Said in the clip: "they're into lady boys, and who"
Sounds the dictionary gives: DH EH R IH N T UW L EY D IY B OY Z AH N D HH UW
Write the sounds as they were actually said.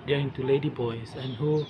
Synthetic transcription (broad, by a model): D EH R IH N T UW L EY D IY B OY S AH N HH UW